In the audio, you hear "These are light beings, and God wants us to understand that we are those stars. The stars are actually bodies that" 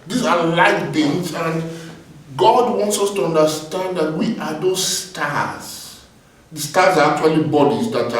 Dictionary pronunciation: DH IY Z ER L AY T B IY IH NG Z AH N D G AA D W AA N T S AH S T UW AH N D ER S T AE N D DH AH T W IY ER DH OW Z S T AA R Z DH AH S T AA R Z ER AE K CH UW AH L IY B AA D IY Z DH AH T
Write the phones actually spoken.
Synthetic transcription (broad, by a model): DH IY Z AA L AY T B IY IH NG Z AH N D G AA D W AA N T S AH S T UW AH N D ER S T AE N D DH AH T W IY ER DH OW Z S T AA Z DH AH S T AA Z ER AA K CH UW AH L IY B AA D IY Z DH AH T